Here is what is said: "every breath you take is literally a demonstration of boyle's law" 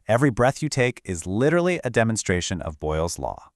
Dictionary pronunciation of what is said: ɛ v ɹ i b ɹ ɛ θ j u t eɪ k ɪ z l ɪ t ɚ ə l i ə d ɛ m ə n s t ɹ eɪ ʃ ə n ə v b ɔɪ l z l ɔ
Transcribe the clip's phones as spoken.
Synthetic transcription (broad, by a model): ɛ v ɹ i b ɹ ɛ θ j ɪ t eɪ k ɪ z l ɪ t ɚ l i ə d ɛ m ə n s t ɹ eɪ ʃ ə n ə v b ɔɪ l z l ɔ